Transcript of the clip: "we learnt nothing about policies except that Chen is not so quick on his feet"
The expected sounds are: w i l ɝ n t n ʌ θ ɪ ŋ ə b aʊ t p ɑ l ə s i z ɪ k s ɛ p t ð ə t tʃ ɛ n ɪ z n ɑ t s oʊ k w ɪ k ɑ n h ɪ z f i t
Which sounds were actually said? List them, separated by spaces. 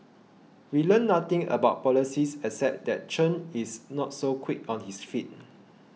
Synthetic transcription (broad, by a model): w i l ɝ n n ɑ t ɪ ŋ ə b aʊ t p ɑ l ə s i s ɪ s ɛ t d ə t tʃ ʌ n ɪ s n ɑ t s oʊ k w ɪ k ɑ n h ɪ s f i t